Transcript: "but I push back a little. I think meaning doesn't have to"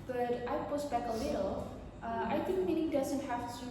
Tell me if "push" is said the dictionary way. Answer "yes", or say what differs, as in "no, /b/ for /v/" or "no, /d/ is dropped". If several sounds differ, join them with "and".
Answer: no, /s/ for /ʃ/